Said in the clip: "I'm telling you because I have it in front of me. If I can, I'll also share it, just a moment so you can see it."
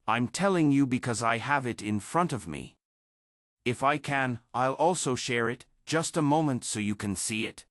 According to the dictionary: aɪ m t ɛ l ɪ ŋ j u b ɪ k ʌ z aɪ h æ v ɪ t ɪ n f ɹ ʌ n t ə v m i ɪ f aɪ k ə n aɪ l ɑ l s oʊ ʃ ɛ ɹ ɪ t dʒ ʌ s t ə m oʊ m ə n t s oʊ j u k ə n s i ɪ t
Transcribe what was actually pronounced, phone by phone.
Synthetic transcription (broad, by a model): aɪ m t ɛ l ɪ ŋ j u b ɪ k ʌ z aɪ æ v ɪ t ɪ n f ɹ ʌ n t ə v m i ɪ f aɪ k ə n aɪ l ɑ l s oʊ ʃ ɛ ɹ ɪ t dʒ ʌ s t ə m oʊ m ə n t s oʊ j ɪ k ə n s i ɪ t